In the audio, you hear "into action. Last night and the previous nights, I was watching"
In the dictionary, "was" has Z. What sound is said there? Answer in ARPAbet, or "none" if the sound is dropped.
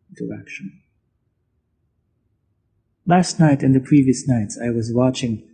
Z